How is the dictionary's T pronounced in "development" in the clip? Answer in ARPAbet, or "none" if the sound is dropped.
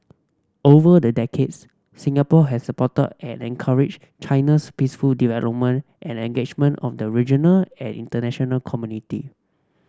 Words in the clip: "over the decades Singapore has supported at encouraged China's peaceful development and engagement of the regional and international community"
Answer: T